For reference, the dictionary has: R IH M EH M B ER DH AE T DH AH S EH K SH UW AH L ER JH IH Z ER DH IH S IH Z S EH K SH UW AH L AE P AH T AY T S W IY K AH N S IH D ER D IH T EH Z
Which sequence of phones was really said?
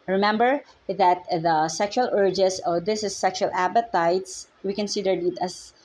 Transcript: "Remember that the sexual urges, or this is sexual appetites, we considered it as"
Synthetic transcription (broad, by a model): R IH M EH M B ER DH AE T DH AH S EH K SH UW AH L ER JH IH S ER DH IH S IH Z S EH K SH UW AH L AE P AH T AY T S W IY K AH N S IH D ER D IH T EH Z